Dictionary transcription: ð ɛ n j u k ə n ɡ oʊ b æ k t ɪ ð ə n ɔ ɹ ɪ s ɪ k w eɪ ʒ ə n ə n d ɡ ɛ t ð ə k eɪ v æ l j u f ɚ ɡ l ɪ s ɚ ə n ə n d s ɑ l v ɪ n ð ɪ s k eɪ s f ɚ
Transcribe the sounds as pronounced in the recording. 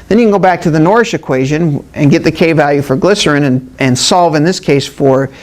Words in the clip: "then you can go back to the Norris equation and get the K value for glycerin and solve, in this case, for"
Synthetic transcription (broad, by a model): ð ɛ n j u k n ɡ oʊ b æ k t ɪ ð ə n ɔ ɹ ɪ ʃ ɪ k w eɪ ʒ ə n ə n ɡ ɛ t ð ə k eɪ v æ l j u f ɚ ɡ l ɪ s ɚ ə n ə n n s ɑ l v ɪ n ð ɪ s k eɪ s f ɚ